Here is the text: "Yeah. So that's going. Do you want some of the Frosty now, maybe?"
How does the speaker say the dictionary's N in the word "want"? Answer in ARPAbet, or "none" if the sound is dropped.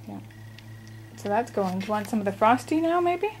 N